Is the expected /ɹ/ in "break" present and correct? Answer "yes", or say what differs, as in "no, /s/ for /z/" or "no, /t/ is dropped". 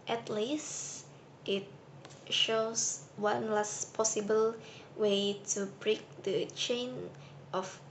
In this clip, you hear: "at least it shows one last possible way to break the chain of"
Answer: yes